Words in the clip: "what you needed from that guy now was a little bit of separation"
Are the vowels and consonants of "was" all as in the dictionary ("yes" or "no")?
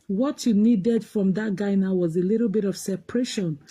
yes